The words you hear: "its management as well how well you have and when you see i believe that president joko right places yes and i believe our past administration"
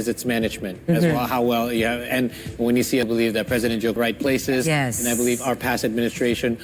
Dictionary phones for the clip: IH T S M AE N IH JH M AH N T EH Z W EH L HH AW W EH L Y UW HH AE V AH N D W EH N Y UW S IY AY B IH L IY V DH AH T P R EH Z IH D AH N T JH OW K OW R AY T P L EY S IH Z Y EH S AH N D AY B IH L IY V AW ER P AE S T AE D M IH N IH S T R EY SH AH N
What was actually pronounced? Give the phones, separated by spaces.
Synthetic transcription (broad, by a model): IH T S M AE N IH JH M AH N T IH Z W EH L HH AW W EH L Y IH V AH N W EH N Y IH S IY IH B IH L IY V DH AH T P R EH Z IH D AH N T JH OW UH R AY T P L EY S IH Z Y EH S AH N AY B IH L IY V AW ER P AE S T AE D M IH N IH S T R EY SH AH N